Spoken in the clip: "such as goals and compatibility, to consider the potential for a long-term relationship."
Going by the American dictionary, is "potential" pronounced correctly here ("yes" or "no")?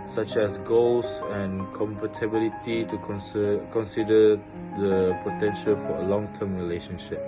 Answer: yes